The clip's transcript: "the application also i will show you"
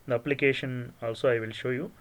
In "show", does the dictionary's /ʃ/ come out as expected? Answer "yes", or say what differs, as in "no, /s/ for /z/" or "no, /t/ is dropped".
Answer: yes